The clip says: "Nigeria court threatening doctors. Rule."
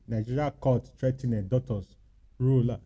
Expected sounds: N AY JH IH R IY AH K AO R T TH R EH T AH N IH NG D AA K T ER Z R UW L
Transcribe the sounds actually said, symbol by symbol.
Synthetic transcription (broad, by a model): N AY JH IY R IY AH K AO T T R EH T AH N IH D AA T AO S R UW L